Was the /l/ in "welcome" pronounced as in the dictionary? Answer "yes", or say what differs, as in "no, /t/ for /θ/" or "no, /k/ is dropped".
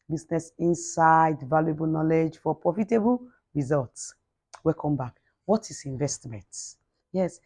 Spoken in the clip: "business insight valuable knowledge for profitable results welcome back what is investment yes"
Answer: no, /l/ is dropped